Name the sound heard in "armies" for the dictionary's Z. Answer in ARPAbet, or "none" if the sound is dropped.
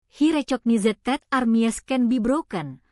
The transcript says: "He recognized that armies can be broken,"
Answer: S